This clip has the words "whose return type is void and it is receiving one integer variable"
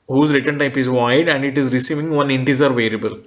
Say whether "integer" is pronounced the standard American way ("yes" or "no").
no